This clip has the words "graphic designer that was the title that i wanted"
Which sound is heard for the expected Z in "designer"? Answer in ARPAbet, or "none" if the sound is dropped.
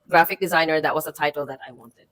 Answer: Z